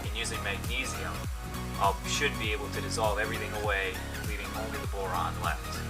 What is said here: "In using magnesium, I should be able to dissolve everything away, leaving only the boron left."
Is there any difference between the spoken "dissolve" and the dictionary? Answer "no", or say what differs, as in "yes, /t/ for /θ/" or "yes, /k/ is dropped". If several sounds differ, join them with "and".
no